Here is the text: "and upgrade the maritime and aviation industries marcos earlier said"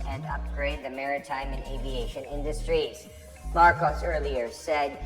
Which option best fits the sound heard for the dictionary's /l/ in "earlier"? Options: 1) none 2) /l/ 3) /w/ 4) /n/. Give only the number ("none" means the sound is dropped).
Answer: 2